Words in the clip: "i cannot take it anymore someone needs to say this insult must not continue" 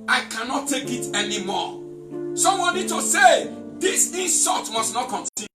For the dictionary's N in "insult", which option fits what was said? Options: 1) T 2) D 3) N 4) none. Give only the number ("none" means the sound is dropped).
4